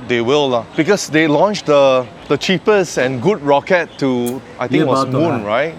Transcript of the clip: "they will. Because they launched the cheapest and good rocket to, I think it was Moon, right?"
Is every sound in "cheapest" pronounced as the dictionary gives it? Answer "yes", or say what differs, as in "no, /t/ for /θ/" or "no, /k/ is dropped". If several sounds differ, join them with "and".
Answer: no, /t/ is dropped